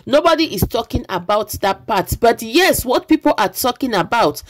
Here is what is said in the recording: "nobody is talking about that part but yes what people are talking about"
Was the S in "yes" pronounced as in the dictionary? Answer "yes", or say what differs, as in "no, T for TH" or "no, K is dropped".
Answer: yes